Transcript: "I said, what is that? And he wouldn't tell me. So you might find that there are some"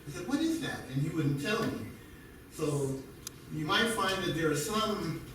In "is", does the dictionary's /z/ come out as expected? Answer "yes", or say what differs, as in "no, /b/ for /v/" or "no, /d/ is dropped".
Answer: yes